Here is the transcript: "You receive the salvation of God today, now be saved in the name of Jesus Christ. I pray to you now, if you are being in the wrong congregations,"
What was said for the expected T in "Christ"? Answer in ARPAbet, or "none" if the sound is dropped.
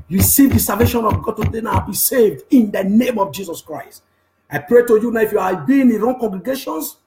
T